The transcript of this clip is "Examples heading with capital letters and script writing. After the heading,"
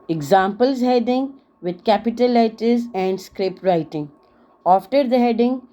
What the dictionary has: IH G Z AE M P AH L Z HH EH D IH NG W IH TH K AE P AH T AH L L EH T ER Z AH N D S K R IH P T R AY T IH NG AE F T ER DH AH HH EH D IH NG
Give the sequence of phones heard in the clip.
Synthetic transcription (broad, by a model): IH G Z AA M P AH L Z HH EH D IH NG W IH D K AE P AH T AH L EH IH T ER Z AH N D S K R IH P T R AY T IH NG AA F T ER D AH HH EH D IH NG